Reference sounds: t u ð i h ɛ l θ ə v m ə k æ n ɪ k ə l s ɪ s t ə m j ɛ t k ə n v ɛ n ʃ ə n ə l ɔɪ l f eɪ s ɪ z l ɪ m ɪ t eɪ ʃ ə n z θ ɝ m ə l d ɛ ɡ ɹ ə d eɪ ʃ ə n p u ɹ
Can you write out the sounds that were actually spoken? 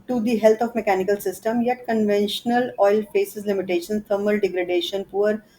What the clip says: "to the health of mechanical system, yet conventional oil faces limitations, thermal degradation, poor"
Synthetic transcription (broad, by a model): t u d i h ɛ l t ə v m ə k æ n ɪ k ə l s ɪ s t ə m j ɛ t k ə n v ɛ n ʃ ə n ə l ɔɪ l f eɪ s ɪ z l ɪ m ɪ t eɪ ʃ ə n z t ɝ m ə l d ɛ ɡ ɹ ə d eɪ ʃ ə n p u ɹ